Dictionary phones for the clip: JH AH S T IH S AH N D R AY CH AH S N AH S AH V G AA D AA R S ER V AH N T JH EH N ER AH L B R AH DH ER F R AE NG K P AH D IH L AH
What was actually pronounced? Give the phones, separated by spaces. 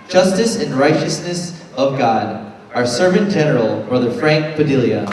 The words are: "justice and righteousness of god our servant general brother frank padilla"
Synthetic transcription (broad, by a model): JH AH S T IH S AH N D R AY CH AH S N AH S AH V G AA D AA R S ER V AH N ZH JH EH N ER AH L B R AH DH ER F R AE NG K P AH D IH L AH